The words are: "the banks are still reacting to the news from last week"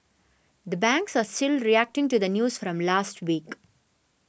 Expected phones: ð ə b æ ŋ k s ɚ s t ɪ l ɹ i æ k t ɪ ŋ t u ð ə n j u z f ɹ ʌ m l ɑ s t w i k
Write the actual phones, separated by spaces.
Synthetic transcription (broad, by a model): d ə b æ ŋ k s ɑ s t ɪ l ɹ i æ k t ɪ ŋ t u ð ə n j u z f ɹ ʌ m l ɑ s t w i k